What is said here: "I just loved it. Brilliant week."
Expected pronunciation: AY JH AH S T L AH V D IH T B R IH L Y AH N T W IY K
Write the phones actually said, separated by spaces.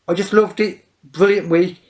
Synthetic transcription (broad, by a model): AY JH AH S T L AH V D IH T B R IH L Y AH N T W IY